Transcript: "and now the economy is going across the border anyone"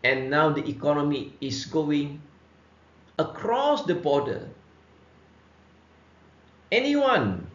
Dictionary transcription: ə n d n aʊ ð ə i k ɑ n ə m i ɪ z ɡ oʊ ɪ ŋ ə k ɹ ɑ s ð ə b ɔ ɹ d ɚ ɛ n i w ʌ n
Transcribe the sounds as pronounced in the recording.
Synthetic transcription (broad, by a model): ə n n aʊ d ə i k ɑ n ə m i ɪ s ɡ oʊ ɪ ŋ ə k ɹ ɑ s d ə b ɔ d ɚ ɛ n i w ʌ n